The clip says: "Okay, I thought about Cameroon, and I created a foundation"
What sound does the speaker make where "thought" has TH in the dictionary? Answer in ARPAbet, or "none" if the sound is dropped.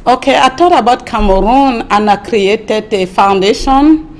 T